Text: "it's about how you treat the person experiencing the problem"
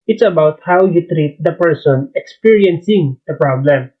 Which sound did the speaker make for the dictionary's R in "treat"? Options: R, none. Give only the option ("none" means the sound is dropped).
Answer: R